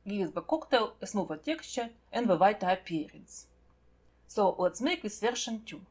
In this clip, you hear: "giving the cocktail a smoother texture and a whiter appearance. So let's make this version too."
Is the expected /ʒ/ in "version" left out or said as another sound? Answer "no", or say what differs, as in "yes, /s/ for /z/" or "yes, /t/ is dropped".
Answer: yes, /ʃ/ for /ʒ/